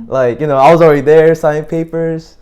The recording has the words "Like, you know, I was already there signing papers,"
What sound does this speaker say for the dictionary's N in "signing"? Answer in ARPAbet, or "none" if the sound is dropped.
none